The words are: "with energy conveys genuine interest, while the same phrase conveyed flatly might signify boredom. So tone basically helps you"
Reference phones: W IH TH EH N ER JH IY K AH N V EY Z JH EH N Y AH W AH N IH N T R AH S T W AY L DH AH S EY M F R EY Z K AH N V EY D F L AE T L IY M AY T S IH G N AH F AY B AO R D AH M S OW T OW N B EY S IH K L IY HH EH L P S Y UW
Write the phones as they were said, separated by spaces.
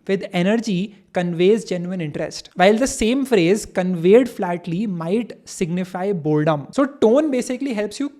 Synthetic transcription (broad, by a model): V IH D EH N ER JH IY K AH N V EY Z JH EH N Y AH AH N IH N T R AH S T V AY L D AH S EY M F R EY Z K AH N V EY D F L AE T L IY M AY T S IH G N AH F AY B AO L D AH M S OW T OW N B EY S IH K L IY HH EH L P S Y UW